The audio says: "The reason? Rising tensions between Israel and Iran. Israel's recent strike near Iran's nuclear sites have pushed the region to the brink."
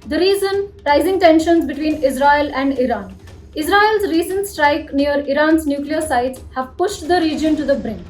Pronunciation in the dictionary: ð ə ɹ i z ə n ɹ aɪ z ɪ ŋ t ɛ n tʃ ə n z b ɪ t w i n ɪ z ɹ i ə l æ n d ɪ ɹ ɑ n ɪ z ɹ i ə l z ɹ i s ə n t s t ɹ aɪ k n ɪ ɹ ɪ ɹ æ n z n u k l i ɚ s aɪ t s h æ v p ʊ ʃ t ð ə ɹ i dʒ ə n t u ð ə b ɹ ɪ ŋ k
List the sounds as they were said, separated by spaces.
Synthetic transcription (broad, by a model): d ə ɹ i z ə n ɹ aɪ z ɪ ŋ t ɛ n ʃ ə n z b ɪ t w i n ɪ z ɹ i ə l æ n d ɪ ɹ ɑ n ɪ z ɹ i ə l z ɹ i s ə n t s t ɹ aɪ k n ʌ ɹ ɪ ɹ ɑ n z n u k l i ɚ s aɪ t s h æ v p ʊ ʃ t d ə ɹ i dʒ ə n t u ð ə b ɹ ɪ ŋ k